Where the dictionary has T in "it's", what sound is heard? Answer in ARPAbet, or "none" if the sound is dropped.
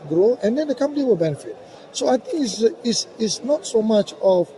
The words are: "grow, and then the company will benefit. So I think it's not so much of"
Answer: S